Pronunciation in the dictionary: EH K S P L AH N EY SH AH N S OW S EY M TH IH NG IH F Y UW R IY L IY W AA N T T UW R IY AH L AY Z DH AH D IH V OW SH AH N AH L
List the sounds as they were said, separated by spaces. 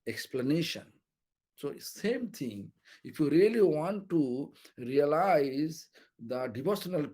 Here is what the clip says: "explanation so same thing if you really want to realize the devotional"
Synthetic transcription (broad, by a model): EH K S P L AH N EY SH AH N S OW S EY M T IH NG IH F Y UW R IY L IY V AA N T T UW R IY AH L AY Z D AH D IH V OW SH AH N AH L